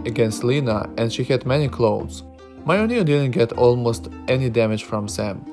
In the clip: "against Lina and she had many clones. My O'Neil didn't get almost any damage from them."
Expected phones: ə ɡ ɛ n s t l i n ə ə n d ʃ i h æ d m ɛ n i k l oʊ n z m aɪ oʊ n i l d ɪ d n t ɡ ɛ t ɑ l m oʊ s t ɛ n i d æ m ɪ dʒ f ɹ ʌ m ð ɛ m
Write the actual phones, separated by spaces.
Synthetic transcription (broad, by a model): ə ɡ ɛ n s t l i n ə ə n d ʃ i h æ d m ɛ n i k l oʊ z m aɪ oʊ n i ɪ d ɪ d n t ɡ ɛ t ɑ l m oʊ s t ɛ n i d æ m ɪ dʒ f ɹ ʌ m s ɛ m